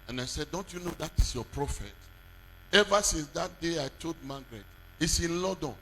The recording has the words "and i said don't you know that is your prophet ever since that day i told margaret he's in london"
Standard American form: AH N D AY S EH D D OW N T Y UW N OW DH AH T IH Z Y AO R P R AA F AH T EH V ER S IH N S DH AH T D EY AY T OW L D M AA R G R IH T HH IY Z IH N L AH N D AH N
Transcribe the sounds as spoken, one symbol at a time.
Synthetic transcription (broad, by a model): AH N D AY S EH D D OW N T Y UW N OW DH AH T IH S Y AO P R AA F AH T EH V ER S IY N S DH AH T D EY AY T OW D M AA G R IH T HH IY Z IH N L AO D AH N